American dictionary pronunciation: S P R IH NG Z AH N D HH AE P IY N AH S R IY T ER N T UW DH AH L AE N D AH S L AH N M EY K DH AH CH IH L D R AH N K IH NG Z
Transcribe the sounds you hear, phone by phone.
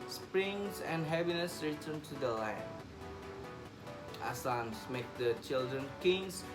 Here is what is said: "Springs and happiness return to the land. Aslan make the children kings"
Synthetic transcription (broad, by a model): S P R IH NG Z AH N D HH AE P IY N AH S R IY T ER N T UW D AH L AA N AH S AH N M EY K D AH CH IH L D R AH N K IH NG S